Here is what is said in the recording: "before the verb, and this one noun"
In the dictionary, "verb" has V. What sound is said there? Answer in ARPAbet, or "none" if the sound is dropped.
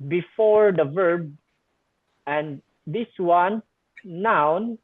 V